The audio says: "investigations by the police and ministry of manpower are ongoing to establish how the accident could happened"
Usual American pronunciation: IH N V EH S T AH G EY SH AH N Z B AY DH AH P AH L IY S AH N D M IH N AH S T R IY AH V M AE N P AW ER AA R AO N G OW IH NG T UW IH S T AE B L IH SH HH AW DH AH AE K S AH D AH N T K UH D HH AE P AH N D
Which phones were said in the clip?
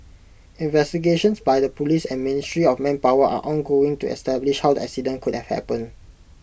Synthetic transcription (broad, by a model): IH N V EH S T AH G EY SH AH N S B AY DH AH P AH L IY S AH N M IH N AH S T R IY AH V M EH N P AW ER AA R AO N G OW IH NG T UW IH S T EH B L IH SH HH AW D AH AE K S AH D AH N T K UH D HH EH P AH N